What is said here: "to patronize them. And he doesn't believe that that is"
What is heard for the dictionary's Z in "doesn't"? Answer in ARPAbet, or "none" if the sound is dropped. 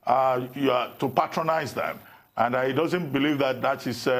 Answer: Z